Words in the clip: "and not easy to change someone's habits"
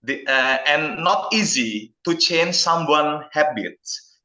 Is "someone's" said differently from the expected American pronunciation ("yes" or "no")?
yes